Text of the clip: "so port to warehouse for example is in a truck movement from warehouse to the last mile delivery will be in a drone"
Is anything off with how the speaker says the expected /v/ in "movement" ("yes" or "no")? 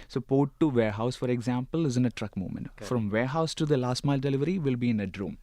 yes